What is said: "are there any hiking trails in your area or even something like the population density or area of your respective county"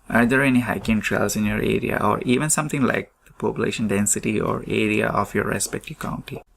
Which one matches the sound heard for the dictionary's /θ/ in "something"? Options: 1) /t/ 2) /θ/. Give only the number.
1